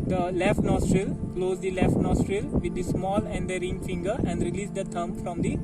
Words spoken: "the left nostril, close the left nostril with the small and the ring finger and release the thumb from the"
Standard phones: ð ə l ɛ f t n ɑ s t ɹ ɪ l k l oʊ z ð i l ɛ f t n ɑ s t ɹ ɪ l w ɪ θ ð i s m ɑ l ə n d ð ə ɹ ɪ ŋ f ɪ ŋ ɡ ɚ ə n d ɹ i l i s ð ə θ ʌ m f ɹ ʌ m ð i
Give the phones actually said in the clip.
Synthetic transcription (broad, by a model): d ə l ɛ f t n ɑ s t ɹ ɪ l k l oʊ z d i l ɛ f t n ɑ s t ɹ ɪ l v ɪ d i s m ɑ l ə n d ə ɹ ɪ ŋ f ɪ ŋ ɡ ɚ ə n d ɹ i l i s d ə t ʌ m f ɹ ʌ m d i